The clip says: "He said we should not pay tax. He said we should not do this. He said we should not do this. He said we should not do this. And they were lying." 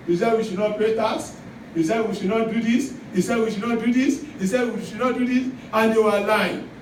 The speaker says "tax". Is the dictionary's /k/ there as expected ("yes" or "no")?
no